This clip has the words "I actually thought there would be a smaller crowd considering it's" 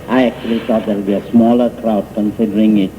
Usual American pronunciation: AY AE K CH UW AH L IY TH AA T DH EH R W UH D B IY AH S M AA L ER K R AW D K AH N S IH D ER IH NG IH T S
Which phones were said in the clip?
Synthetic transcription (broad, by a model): AY AE K CH UW AH L IY T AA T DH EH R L B IY AH S M AA L ER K R AW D K AH N S IH D ER IH NG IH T